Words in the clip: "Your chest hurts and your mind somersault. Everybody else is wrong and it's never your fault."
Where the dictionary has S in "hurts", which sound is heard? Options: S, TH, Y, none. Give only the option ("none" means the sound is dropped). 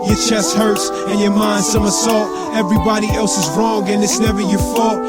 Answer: S